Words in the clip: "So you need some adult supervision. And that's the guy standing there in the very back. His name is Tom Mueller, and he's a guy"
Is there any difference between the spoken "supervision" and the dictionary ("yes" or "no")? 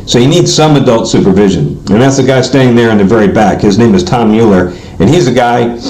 no